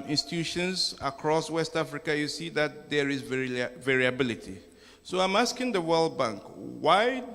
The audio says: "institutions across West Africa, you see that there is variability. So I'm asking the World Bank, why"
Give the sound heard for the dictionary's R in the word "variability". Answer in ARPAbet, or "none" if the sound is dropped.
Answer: R